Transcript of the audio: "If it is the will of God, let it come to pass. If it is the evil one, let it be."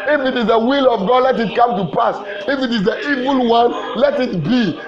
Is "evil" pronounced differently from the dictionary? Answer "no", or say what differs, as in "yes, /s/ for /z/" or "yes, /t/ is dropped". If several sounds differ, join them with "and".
no